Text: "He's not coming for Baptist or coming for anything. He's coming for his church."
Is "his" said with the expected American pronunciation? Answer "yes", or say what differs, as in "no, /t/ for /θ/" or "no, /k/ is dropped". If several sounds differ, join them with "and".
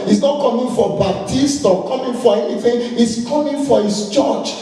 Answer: no, /s/ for /z/